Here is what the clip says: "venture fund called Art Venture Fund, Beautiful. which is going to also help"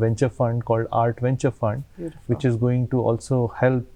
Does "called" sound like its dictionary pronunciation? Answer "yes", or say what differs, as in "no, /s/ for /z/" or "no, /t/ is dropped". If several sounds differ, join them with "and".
yes